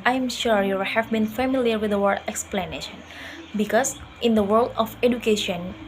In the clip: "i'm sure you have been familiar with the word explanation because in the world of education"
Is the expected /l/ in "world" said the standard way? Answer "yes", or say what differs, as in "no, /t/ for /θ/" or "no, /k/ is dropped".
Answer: yes